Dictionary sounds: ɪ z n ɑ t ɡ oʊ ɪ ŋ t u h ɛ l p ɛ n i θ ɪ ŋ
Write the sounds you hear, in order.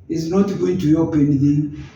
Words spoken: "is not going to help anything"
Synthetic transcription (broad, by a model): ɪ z n ɑ t ɡ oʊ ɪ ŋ t u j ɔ p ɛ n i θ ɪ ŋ